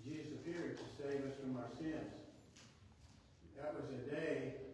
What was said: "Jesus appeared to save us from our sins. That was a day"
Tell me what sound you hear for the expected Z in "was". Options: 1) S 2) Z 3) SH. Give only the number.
2